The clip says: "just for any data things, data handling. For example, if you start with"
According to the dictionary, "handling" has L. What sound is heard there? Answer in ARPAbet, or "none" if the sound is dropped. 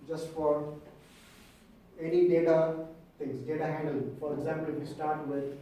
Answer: none